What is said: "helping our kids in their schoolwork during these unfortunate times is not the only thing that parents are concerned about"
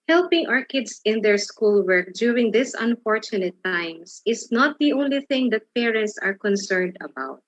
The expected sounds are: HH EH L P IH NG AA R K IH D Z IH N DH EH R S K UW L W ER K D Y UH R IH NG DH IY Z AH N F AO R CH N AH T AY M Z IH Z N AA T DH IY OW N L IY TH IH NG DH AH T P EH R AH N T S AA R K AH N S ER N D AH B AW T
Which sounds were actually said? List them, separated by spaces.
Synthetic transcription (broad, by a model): HH EH L P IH NG AA R K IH D S IH N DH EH R S K UW L W ER K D Y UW R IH NG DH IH S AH N F AO R CH N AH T AY M S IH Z N AA T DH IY OW N L IY TH IH NG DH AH T P EH R AH N T S AA R K AH N S ER N D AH B AW T